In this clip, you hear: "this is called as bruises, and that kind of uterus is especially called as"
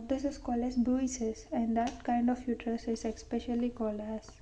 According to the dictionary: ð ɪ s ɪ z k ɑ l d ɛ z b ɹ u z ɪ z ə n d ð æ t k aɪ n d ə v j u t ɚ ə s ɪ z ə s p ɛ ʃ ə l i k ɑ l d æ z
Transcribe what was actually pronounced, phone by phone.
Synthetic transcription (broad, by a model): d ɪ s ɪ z k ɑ l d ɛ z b u s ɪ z ə n d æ t k aɪ n d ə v j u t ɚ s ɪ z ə s p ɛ ʃ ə l i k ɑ l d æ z